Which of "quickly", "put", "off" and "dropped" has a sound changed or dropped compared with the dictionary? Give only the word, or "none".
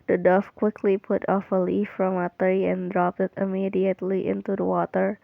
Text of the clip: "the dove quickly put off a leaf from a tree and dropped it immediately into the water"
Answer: none